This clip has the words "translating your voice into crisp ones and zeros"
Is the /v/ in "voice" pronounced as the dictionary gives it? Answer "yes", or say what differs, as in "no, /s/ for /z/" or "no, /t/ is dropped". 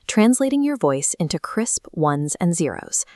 yes